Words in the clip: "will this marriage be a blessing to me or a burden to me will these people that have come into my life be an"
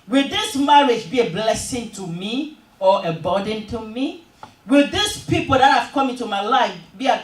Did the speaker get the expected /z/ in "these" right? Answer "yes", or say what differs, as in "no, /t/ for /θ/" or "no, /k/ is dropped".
no, /s/ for /z/